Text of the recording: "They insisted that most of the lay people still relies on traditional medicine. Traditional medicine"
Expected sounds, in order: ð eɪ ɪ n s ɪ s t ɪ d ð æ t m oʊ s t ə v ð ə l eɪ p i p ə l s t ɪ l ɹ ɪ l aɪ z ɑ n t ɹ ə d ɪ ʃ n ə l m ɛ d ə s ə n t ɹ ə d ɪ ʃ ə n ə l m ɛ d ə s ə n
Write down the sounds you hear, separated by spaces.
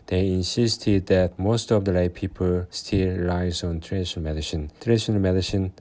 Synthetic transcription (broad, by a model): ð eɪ ɪ n s ɪ s t ɪ d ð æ t m oʊ s t ə v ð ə l eɪ p i p ə l s t ɪ l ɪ ɪ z ɑ n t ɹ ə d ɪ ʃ ə n m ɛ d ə s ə n t ɹ ə d ɪ ʃ ə n ə l m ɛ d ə s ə n